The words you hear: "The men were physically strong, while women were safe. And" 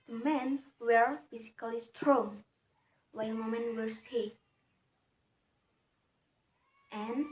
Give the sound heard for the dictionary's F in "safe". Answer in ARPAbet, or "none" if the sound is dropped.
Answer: none